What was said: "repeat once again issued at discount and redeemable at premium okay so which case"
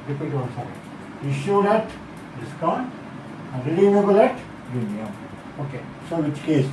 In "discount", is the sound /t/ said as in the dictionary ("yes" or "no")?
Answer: no